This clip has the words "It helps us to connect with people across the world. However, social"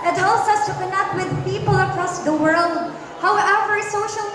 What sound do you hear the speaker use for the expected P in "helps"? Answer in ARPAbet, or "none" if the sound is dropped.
none